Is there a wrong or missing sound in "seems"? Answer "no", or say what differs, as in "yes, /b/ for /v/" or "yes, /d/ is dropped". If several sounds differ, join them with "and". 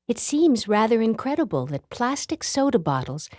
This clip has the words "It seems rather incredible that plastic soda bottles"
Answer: no